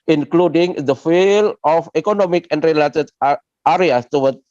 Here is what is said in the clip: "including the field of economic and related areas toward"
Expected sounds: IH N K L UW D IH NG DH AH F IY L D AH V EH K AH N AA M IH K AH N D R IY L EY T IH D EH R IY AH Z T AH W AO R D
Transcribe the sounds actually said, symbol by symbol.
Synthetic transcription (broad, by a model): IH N K L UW D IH NG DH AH F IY L AH F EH K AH N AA M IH K AH N D R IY L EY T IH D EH R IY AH S T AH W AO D